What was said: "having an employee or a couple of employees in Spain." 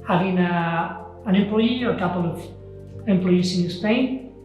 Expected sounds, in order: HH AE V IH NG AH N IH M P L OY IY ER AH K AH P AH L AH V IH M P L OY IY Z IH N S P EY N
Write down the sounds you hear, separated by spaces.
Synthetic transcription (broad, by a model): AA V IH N AH N IH M P L OY IY AH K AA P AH L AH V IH M P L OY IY S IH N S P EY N